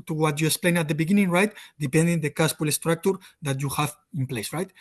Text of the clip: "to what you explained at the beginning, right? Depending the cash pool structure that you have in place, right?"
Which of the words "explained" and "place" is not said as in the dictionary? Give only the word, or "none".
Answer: explained